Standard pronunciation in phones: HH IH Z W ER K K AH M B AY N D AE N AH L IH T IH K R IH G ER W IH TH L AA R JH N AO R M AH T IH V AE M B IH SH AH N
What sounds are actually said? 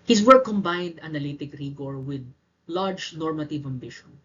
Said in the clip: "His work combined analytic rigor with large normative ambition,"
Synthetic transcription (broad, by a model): HH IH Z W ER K K AH M B AY N D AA N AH L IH T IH K R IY G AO W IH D L AA R JH N AO R M AH T IH V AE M B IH SH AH N